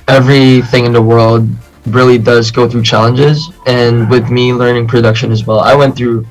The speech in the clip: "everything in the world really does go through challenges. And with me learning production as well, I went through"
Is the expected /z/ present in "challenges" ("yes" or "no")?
yes